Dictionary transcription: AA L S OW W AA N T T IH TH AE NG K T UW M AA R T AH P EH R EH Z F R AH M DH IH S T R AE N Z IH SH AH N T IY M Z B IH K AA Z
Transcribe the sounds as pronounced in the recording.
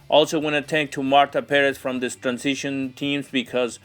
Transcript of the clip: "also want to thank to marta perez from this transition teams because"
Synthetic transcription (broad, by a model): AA L S OW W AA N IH T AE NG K T UW M AA R T AH P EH R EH S F R AH M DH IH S T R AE N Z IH SH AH N T IY M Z B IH K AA Z